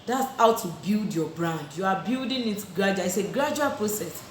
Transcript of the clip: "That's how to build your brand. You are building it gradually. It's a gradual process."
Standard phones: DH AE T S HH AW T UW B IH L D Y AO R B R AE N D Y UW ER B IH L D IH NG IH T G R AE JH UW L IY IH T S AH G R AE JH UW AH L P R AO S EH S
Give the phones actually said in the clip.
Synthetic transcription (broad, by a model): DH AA T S HH AW T UW B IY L D Y AO B R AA N D Y UW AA B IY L D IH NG IH T G R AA JH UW IY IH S AH G R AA JH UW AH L P R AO S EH S